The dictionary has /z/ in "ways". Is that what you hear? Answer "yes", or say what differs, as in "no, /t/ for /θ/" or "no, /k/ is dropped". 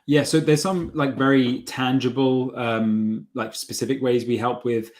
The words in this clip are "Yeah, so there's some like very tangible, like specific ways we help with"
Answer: yes